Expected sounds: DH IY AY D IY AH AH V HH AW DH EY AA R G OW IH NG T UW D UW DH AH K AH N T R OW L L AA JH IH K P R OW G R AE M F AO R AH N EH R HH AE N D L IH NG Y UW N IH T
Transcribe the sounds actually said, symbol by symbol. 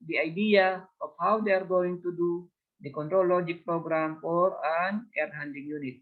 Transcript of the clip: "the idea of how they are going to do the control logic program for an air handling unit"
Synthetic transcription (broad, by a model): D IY AY D IY AH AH F HH AW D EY AA R G OW IH NG T UW D UW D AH K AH N T R OW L L AA JH IH K P R OW G R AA M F AO R AH N EH R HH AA N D IH NG Y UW N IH T